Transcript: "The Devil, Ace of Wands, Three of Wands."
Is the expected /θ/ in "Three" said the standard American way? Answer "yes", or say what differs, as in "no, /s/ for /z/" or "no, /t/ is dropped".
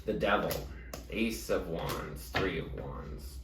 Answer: yes